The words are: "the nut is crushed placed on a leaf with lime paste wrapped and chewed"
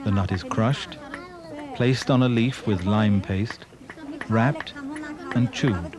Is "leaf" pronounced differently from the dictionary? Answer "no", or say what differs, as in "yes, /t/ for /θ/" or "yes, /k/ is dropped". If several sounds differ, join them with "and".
no